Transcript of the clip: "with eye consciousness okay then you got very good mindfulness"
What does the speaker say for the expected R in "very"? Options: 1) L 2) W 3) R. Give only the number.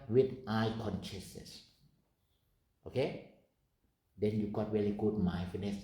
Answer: 1